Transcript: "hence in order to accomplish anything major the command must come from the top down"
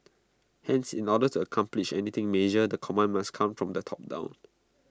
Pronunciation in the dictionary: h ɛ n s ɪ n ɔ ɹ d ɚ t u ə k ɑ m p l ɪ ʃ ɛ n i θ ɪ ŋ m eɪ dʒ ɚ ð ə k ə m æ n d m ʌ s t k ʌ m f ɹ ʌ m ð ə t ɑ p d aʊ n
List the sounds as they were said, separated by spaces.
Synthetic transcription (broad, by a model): h ɛ n s ɪ n ɔ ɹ d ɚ t u ə k ɑ m p l ɪ ʃ ɛ n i t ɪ ŋ m eɪ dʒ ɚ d ə k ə m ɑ n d m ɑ s k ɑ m f ɹ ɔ m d ə t ɑ p d aʊ n